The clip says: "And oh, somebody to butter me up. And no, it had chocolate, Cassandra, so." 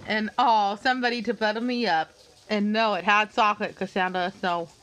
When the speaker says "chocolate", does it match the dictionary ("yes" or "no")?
no